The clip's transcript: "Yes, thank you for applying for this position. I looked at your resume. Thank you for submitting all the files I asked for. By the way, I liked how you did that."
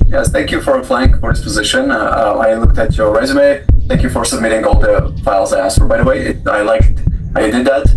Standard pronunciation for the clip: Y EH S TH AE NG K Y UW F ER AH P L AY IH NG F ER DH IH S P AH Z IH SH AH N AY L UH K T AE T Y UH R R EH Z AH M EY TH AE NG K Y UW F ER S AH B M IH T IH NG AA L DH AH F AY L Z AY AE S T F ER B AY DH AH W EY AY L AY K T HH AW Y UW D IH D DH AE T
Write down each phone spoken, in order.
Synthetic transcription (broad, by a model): Y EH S TH AE NG K Y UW F ER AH F L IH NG F ER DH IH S P AH Z IH SH AH N AY L UH K T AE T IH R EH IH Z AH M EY TH AE NG K Y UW F ER S AH B M IH T IH NG AA L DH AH F AY L Z AY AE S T F ER B AY DH AH W EY AY L AY K T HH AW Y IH D IH D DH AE T